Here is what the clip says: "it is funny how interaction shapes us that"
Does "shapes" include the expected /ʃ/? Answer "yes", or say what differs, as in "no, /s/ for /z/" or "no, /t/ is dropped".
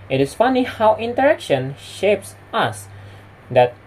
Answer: yes